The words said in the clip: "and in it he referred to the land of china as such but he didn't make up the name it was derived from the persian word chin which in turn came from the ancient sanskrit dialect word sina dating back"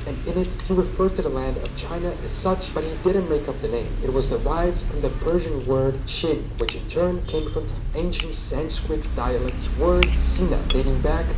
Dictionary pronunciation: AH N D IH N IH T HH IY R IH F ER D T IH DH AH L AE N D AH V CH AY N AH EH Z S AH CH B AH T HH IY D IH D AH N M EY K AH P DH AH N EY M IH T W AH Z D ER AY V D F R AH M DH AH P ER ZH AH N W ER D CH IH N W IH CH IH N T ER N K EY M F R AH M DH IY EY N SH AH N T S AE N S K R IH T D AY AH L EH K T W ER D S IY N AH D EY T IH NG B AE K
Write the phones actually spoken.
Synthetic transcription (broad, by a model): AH N IH N IH T HH IY R IH F ER D T IH DH AH L AE N D AH V CH AY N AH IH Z S AH CH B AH T HH IY D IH D N M EY K AH P DH AH N EY M IH T W AH Z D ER AY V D F R AH M DH AH P ER ZH AH N W ER D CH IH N W IH CH IH N T ER N K EY M F R AH M DH IY EY N SH AH N T S AE N S K R IH T D AY AH L EH K T W ER D S IY N AH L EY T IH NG B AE K